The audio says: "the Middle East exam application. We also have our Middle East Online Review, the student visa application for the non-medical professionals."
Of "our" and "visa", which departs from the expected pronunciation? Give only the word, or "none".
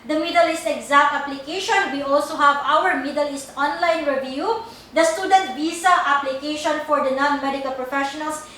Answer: visa